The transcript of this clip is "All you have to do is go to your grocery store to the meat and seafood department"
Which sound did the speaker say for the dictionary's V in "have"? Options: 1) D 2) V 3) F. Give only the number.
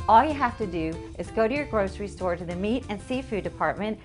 3